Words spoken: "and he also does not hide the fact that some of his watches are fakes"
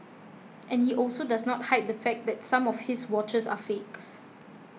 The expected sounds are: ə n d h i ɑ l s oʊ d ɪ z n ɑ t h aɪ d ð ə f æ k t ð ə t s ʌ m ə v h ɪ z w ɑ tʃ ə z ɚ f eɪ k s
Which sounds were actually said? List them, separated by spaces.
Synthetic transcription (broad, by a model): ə n h i ɑ l s oʊ d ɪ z n ɑ t h aɪ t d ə f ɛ k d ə t s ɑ m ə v h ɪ s w ɑ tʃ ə s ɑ f eɪ k s